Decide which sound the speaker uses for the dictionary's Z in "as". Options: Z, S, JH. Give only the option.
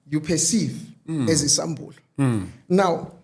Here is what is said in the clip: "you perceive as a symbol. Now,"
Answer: Z